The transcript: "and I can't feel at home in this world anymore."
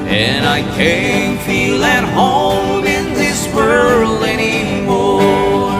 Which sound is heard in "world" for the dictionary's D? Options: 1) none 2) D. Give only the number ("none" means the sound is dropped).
1